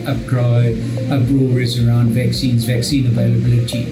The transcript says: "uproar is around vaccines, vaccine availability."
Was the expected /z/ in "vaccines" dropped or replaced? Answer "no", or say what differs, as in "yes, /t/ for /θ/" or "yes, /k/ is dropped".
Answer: no